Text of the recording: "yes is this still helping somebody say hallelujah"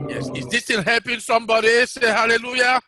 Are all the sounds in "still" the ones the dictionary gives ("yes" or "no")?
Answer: no